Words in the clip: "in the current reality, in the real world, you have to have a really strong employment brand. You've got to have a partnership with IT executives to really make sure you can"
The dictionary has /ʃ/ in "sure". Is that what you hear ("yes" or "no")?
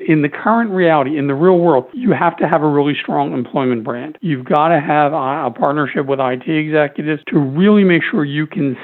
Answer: yes